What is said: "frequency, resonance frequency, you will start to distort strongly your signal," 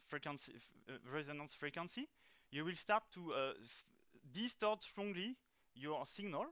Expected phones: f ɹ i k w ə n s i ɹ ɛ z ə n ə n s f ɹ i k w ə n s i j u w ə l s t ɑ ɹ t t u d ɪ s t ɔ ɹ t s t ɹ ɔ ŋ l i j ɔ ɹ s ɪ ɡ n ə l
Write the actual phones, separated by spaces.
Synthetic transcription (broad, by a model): f ɹ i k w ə n s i ɹ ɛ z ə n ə n s f ɹ i k w ə n s i j u w ə l s t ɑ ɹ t t u d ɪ s t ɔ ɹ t s t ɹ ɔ ŋ l i j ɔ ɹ s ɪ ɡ n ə l